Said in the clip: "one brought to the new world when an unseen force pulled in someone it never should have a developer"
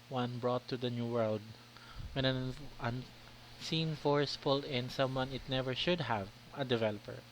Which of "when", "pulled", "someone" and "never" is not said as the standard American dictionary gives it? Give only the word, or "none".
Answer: pulled